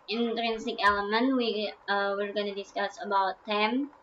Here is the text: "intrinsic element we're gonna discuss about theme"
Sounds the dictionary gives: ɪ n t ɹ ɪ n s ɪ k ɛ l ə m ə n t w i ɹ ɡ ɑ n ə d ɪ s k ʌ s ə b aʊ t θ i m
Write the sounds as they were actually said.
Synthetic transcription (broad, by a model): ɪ n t ɹ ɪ n s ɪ k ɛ l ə m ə n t w i ɹ ɡ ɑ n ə d ɪ s k ʌ s ə b aʊ t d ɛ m